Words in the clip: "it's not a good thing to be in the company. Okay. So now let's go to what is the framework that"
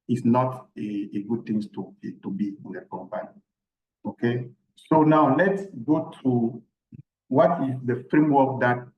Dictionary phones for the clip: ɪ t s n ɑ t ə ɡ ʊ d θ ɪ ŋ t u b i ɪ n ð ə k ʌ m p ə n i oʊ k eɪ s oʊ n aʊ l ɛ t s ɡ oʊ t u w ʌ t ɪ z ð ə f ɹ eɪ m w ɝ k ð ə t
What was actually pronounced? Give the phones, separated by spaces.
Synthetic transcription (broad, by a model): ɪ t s n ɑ t ə ɡ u d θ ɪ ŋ t u b i ɪ n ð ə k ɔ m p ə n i oʊ k eɪ s oʊ n aʊ l ɛ t s ɡ oʊ t u w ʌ t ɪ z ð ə f ɹ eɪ m w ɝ k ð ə t